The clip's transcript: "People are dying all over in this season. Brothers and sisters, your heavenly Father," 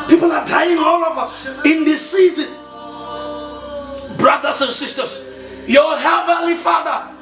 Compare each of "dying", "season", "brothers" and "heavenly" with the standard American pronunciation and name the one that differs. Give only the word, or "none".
brothers